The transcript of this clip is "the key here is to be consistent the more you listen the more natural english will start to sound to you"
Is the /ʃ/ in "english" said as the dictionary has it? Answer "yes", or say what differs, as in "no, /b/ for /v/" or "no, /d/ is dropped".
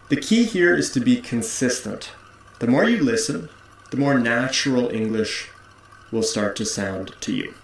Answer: yes